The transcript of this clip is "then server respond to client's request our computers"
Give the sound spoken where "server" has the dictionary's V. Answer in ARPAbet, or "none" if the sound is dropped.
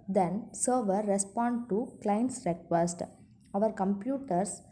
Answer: V